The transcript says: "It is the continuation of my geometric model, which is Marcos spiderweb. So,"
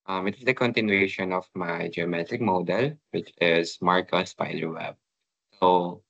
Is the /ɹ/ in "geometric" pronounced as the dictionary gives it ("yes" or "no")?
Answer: no